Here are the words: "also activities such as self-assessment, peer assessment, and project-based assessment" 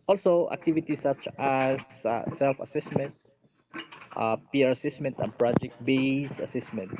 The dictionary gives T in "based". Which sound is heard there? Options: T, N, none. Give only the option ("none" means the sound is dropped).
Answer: none